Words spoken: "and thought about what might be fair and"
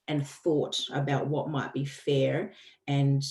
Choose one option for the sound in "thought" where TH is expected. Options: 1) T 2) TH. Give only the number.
2